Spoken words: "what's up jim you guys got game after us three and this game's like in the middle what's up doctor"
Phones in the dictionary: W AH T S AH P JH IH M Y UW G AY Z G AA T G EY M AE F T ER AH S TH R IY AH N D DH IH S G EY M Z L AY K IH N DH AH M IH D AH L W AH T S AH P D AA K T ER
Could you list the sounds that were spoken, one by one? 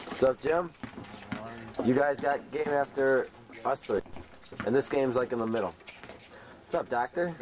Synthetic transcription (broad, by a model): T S AH P JH IH M Y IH G AY Z G AA T G EY M AE F T ER AH S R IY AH N DH IH S G EY M Z L AY K IH N DH AH M IH D L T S AH P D AA K T ER